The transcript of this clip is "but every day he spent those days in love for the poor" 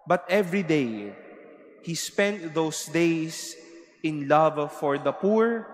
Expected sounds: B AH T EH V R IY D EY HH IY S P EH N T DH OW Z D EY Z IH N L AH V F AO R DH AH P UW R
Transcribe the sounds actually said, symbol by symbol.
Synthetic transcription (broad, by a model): B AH T EH V R IY D EY HH IY S P EH N T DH OW S D EY S IH N L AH V F AO R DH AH P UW R